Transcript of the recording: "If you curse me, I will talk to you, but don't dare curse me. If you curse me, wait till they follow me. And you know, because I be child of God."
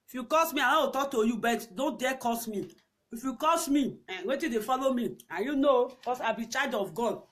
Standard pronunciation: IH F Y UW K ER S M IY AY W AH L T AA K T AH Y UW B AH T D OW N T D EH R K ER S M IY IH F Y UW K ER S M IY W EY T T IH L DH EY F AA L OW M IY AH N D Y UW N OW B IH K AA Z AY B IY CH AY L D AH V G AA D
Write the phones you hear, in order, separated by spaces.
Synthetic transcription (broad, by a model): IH F Y UW K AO S M IY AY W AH W T AA K T AH Y UW B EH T D OW N T D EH K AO S M IY IH F Y UW K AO S M IY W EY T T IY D EY F AA L OW M IY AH Y UW N OW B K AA S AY B IY CH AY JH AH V G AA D